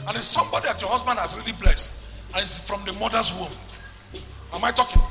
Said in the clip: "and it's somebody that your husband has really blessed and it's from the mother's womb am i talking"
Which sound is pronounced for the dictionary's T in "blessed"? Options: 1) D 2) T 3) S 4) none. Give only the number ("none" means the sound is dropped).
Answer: 2